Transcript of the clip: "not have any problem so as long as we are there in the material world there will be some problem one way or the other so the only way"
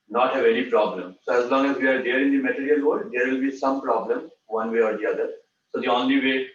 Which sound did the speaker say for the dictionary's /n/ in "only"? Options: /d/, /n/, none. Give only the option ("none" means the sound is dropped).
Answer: /n/